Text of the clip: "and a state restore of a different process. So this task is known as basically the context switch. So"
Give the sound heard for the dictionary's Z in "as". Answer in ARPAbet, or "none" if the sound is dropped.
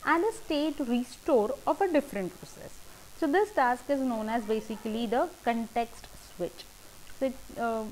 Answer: Z